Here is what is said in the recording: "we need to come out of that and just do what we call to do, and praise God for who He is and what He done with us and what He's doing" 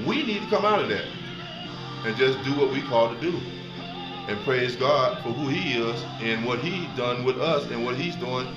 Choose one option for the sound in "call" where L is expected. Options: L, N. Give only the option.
L